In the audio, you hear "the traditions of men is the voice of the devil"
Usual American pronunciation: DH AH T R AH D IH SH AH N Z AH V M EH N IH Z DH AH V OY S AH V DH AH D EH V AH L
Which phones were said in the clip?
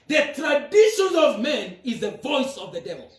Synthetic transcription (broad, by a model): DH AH T R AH D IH SH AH N AH V M EH N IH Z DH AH V OY S AH V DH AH D EH V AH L